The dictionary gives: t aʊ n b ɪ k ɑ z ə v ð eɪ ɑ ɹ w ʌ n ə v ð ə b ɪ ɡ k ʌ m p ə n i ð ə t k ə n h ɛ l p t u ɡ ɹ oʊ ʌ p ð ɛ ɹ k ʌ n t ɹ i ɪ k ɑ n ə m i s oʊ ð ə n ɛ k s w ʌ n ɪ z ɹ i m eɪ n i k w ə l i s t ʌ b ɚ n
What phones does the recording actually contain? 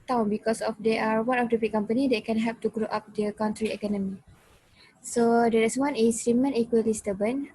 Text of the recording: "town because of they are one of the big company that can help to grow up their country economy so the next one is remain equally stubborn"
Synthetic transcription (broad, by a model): t aʊ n b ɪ k ɑ s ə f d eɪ ɑ ɹ w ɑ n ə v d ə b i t k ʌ m p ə n i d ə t k ə n h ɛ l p t u ɡ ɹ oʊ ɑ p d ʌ k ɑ n t ɹ i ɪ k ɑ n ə m i s oʊ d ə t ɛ s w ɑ n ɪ s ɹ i m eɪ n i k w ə l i s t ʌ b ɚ n